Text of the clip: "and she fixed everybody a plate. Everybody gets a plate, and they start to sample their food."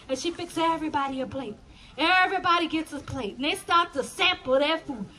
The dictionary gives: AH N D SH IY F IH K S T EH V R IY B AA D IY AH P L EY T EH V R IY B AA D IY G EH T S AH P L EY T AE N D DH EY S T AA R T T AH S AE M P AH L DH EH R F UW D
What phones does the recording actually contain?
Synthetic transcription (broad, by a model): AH N SH IY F IH K S EH V R IY B AA D IY AH P L EY T EH V R IY B AA D IY G EH T S AH P L EY T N DH EY S T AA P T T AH S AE M P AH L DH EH F UW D